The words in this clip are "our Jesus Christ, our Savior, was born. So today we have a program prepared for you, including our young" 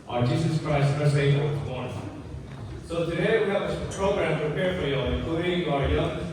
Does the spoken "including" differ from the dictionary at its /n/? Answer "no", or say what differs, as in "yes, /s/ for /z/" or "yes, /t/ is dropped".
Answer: yes, /n/ is dropped